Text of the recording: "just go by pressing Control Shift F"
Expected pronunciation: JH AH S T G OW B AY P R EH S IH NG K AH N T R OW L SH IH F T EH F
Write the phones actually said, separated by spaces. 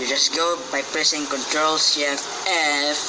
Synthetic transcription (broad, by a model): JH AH S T G OW B AY P R EH S IH NG K AH N T R OW L S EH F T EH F